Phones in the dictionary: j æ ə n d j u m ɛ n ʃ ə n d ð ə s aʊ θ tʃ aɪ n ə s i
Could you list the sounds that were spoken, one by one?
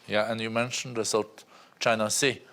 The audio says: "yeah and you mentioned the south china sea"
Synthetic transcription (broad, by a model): j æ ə n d j u m ɛ n ʃ ə n d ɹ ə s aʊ t tʃ aɪ n ə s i